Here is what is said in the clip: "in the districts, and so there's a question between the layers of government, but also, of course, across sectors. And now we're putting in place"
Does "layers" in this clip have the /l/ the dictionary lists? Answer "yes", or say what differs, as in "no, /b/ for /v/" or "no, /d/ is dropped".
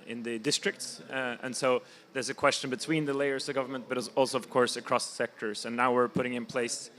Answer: yes